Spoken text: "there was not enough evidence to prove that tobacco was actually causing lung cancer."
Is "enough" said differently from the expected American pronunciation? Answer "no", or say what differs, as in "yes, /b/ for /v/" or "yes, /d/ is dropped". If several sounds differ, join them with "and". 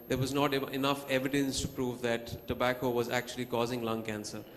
no